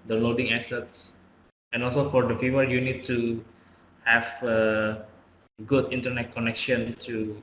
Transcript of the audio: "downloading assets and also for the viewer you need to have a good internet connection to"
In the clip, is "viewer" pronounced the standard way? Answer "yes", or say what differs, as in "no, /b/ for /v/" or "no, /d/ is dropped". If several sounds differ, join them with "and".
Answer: no, /f/ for /v/